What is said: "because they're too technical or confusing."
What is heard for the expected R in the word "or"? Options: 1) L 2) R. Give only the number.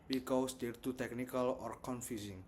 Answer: 2